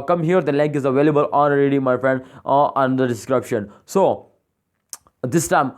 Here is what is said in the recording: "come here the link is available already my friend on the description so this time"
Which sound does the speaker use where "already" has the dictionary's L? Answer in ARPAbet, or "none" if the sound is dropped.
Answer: N